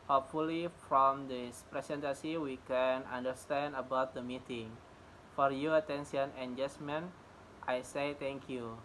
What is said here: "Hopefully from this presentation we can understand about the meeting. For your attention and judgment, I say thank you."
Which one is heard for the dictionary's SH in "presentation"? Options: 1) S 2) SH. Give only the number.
1